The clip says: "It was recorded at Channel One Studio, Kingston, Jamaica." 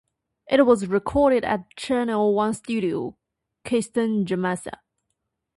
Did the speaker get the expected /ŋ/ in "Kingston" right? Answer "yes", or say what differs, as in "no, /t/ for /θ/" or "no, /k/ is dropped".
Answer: no, /ŋ/ is dropped